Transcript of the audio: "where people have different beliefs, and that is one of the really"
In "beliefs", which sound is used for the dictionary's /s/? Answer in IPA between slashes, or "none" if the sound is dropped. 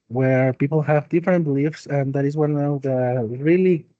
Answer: /s/